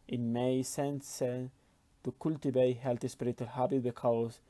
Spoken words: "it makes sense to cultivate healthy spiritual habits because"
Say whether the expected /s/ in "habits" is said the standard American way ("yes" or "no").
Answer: no